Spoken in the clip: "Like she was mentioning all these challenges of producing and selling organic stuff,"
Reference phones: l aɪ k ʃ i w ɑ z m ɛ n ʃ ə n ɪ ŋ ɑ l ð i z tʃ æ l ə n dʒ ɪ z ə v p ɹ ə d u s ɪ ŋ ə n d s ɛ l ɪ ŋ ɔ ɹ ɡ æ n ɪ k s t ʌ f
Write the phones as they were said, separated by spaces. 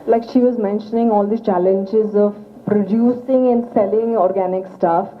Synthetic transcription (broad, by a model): l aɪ k ʃ i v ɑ z m ɛ n ʃ ə n ɪ ŋ ɑ l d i tʃ æ l ə n dʒ ɪ z ə v p ɹ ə d u s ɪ ŋ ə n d s ɛ l ɪ ŋ ɔ ɹ ɡ æ n ɪ k s t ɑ f